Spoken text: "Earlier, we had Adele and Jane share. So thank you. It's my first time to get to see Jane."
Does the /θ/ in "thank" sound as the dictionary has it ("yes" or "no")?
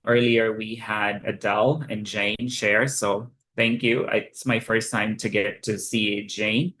yes